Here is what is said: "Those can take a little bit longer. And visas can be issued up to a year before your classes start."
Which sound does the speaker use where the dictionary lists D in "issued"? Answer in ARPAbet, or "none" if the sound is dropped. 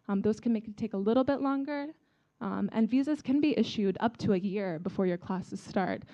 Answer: D